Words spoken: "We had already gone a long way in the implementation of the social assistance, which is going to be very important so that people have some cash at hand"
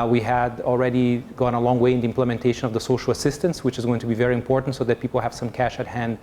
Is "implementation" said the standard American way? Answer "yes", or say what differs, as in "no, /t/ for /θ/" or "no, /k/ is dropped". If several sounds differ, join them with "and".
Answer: yes